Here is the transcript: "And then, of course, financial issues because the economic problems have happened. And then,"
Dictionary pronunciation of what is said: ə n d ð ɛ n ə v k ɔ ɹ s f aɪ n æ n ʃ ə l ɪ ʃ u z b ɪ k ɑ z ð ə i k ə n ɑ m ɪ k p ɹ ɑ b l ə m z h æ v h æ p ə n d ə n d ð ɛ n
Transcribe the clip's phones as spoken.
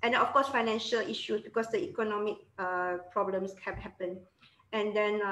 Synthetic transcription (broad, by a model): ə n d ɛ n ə f k ɔ s f aɪ n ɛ n ʃ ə l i ʃ u s b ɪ k ɑ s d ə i k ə n ɑ m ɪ k p ɹ ɑ b l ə m s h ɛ h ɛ p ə n ə n d ɛ n